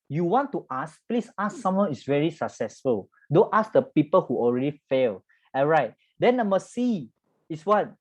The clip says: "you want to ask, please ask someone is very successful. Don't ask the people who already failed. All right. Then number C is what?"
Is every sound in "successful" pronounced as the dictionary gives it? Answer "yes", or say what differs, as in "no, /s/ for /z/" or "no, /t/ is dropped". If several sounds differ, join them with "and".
yes